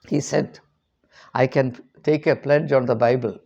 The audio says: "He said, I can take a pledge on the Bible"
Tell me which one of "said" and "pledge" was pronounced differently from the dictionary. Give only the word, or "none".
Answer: none